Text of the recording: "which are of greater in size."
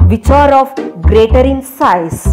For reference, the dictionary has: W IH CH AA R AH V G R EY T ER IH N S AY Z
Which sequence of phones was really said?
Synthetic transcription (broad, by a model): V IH CH AA R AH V G R EY T ER IH N S AY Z